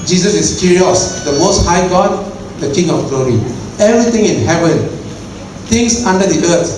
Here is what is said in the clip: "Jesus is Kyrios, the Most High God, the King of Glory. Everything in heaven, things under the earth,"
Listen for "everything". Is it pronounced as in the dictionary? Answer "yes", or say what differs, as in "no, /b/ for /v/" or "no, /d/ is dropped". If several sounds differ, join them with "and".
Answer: no, /t/ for /θ/